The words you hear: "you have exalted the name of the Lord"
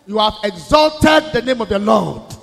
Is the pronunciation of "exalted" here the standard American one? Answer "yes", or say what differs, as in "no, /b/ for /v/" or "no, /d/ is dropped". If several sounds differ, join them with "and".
yes